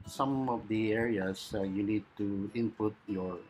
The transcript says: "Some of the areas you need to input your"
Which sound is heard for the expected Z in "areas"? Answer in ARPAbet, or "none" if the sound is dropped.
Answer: S